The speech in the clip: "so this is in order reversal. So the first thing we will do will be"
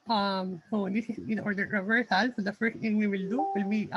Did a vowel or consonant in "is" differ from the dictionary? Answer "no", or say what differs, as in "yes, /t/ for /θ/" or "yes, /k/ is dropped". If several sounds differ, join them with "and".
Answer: yes, /s/ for /z/